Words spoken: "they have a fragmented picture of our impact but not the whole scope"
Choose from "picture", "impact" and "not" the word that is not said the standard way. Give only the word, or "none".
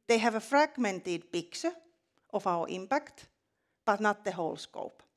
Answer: picture